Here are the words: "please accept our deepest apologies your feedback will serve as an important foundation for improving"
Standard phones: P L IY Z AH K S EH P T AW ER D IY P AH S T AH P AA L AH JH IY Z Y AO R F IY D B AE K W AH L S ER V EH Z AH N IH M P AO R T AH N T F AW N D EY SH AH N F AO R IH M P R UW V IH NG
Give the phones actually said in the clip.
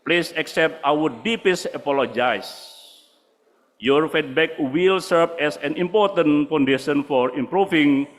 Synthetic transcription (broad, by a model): P L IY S AH K S EH P T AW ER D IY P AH S AH P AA L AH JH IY S Y AO R F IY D B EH K W AH L S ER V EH S AH N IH M P AO R T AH N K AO N D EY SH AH N F AO R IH M P R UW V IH NG